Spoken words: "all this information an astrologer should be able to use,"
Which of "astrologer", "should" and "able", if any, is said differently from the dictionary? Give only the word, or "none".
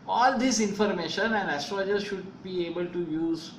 astrologer